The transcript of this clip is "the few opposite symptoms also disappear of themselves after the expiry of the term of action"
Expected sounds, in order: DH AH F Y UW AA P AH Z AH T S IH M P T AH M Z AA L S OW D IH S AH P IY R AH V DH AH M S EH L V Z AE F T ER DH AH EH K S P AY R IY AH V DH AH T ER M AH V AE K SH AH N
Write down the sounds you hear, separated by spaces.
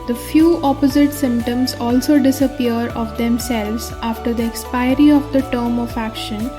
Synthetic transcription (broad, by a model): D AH F Y UW AA P AH Z AH T S IH M P T AH M Z AA L S OW D IH S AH P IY R AH V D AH M S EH L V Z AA F T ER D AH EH K S P AY R IY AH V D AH T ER M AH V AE K SH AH N